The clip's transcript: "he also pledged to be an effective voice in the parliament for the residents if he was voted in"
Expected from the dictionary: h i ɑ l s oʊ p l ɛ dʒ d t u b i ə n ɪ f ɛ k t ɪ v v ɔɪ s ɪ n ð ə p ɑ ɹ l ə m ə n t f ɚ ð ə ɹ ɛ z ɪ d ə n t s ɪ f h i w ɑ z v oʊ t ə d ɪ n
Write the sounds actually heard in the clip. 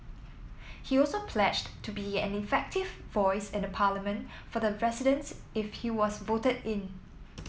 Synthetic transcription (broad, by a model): h i ɑ l s oʊ p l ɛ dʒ t u b i ə n ɪ f ɛ k t ɪ v v ɔɪ s ɪ n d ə p ɑ l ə m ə n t f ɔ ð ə ɹ ɛ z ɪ d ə n s ɪ f h i w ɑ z v oʊ t ə d ɪ n